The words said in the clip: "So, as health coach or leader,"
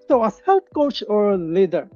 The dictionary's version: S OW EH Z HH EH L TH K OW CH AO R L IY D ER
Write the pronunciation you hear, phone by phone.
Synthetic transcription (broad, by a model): S OW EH S HH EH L T K OW CH AO R L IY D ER